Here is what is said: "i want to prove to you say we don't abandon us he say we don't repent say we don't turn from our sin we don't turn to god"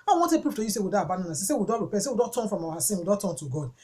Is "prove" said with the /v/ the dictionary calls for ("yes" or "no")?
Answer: no